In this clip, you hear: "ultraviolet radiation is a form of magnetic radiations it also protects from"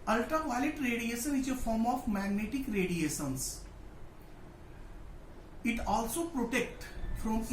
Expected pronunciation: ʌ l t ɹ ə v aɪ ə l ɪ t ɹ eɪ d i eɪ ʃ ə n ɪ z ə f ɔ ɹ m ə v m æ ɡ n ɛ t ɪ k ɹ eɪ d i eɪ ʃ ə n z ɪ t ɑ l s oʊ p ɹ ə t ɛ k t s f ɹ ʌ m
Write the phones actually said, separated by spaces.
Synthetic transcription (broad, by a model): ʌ l t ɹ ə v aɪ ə l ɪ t ɹ eɪ d i eɪ ʃ ə n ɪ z ə f ɔ ɹ m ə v m æ ɡ n ɛ t ɪ k ɹ eɪ d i eɪ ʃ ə n s ɪ t ɑ l s oʊ p ɹ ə t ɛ k t f ɹ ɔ m